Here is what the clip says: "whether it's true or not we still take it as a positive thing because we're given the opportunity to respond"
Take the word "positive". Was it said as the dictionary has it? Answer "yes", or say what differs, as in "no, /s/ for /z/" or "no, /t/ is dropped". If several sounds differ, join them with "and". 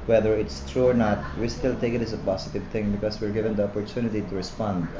no, /s/ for /z/